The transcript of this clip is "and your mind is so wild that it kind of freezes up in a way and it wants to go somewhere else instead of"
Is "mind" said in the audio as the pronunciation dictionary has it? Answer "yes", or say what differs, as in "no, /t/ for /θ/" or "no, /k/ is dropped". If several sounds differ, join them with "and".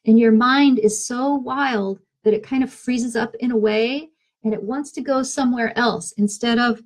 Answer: yes